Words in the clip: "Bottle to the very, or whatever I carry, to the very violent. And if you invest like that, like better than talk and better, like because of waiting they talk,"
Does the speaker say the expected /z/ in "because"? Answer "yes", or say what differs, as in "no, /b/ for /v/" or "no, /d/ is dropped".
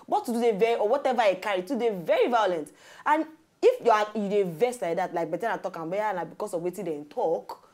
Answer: no, /s/ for /z/